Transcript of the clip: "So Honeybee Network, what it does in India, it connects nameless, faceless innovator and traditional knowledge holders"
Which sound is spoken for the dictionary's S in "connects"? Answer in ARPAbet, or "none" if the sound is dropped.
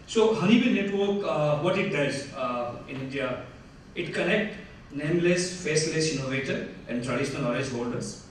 none